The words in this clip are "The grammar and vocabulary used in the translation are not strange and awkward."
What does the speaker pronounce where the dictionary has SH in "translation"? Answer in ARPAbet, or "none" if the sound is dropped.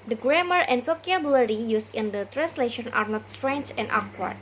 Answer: SH